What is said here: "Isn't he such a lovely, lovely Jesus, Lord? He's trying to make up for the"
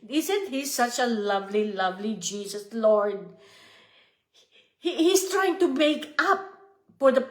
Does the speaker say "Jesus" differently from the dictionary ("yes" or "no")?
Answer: yes